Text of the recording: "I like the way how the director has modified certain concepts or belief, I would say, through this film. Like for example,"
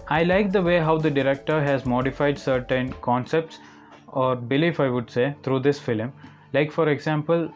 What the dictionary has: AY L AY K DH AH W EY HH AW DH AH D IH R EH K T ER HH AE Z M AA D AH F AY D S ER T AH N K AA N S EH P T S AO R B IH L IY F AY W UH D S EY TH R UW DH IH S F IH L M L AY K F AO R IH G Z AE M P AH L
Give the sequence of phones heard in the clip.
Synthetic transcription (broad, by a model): AY L AY K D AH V EY HH AW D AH D IH R EH K T ER HH AE Z M AA D AH F AY D S ER T AH N K AA N S EH P T S AO R B IH L IY F AY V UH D S EY T R UW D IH S F IH L M L AY K F AO R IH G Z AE M P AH L